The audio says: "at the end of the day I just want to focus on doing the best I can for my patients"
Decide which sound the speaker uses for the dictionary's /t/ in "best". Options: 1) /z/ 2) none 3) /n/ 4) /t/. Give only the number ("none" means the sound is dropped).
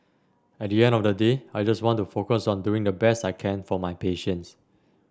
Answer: 4